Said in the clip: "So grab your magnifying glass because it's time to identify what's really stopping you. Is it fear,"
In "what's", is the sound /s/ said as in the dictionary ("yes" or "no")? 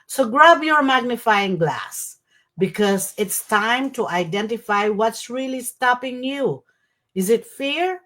yes